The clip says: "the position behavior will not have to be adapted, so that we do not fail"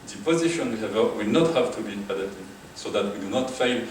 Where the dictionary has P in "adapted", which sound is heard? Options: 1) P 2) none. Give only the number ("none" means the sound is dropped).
2